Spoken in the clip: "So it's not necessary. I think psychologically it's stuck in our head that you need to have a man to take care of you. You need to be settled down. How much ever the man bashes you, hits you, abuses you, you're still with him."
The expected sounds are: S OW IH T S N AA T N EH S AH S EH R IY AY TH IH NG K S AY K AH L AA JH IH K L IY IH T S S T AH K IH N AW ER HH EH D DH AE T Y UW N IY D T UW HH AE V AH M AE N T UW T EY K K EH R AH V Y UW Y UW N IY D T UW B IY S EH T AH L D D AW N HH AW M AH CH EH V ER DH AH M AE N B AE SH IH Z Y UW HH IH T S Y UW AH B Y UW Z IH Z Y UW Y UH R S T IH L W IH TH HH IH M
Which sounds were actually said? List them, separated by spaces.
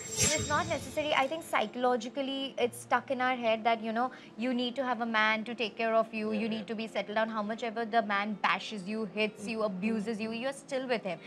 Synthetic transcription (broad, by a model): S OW IH T S N AA T N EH S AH S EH R IY AY T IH NG K S AY K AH L AA JH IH K L IY IH T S S T AH K IH N AW ER HH EH D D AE T Y UW N IY D T UW HH AE V AH M AE N T UW T EY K K EH R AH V Y UW Y UW N IY D T UW B IY S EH T L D D AW N HH AW M AH CH EH V ER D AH M AE N B AE SH IH Z Y UW HH IH T S Y UW AH B Y UW Z IH Z Y UW Y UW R S T IH L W IH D HH IH M